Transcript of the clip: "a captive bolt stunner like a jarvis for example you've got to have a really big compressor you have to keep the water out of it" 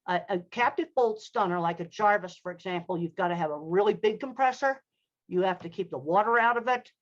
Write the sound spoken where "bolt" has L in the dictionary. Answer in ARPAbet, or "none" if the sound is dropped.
L